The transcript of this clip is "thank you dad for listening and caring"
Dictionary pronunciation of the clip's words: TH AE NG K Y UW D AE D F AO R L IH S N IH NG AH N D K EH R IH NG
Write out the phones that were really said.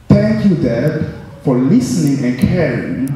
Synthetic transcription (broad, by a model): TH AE NG K Y UW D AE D F AO R L IH S N IH NG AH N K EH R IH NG